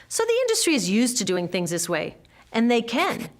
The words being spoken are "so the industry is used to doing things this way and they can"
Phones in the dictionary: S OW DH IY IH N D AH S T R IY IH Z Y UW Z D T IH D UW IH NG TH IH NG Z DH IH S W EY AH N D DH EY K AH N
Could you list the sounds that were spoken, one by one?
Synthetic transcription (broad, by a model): S OW DH IY IH N D AH S T R IY IH Z Y UW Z T IH D UW IH NG TH IH NG Z DH IH S W EY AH N DH EY K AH N